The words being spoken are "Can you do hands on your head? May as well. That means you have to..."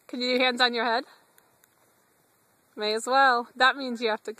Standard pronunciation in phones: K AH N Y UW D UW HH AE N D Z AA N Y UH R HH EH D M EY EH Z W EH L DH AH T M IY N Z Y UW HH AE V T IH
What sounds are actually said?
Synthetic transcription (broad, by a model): K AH N Y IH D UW HH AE N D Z N Y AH R HH EH D M EY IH Z W EH L DH AH T M IY N Z Y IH HH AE F T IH